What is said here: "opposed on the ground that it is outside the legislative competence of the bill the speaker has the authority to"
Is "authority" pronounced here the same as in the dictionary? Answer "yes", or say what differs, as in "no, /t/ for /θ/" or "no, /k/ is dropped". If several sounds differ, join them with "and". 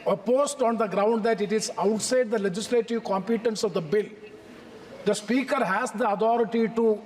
no, /t/ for /θ/